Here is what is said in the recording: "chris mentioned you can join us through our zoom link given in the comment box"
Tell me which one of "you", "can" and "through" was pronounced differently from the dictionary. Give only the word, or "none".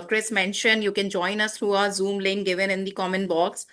through